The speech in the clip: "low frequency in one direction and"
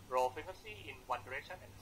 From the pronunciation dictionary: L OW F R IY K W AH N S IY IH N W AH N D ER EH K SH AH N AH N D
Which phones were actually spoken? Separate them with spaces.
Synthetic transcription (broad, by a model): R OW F IY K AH S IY IH N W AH N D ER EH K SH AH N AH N